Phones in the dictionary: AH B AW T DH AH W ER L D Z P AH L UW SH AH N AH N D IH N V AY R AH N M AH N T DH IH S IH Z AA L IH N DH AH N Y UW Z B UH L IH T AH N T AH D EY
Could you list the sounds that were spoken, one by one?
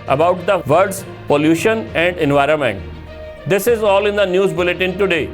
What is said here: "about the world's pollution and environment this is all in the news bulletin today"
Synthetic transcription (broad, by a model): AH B AW T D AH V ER D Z P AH L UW SH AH N AH N D IH N V AY R AH N M AH N T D IH S IH Z AA L IH N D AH N Y UW Z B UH L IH T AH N T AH D EY